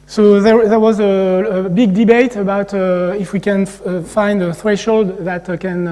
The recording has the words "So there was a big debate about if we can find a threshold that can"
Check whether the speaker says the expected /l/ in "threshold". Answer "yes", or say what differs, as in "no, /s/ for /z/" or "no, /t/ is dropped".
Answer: yes